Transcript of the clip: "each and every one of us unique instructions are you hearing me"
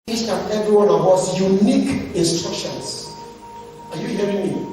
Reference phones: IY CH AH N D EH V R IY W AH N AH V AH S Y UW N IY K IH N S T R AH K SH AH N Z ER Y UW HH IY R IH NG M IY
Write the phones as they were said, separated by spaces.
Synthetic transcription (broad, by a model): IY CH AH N EH V R IY W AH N AH V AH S Y UW N IY K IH N S T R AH K SH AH N S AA Y UW HH IY R IH NG M IY